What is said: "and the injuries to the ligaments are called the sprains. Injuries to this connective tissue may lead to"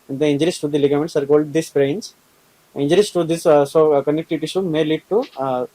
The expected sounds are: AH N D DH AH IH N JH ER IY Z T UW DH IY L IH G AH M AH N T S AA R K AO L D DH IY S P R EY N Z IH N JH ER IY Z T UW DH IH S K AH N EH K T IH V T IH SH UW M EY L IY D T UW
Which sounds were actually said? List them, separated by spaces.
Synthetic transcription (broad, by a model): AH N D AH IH N JH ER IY S T UW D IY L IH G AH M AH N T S AA R K AO L D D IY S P R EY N S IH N JH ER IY S T UW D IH S K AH N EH K T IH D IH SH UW M EY L IY D T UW